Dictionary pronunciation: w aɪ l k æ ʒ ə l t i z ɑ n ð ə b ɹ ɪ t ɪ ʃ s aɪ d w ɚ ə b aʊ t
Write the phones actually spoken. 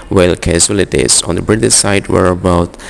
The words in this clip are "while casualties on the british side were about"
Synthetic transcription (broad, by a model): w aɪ l k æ s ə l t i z ɑ n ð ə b ɹ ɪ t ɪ s aɪ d w ɚ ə b aʊ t